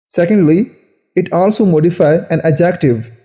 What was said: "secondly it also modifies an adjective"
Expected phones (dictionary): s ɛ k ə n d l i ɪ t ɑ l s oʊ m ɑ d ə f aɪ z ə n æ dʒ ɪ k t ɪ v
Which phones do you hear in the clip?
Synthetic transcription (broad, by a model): s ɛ k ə n d l i ɪ t ɑ l s oʊ m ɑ d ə f aɪ ə n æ dʒ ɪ k t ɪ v